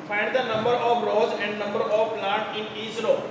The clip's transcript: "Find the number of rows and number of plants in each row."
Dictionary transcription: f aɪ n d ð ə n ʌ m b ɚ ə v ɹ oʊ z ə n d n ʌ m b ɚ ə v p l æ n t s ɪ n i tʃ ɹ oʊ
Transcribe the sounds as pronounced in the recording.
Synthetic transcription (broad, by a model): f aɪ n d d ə n ʌ m b ɚ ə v ɹ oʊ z ə n d n ʌ m b ɚ ə v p l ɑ t ɪ n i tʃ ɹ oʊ